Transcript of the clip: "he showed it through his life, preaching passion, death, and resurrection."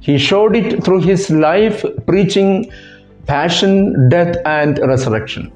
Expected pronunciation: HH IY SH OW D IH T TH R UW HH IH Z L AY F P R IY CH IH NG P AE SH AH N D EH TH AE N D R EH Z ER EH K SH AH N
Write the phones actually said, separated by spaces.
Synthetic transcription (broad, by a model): HH IY SH OW D IH T T R UW HH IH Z L AY F P R IY CH IH NG P AE SH AH N D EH T AE N D R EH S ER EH K SH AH N